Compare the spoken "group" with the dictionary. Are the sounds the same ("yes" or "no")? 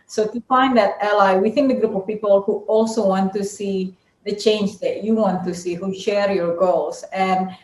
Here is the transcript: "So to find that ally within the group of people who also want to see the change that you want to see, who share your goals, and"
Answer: yes